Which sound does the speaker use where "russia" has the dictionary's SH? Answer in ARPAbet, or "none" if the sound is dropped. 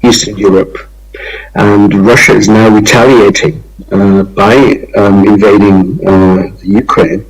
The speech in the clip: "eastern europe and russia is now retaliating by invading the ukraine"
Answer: SH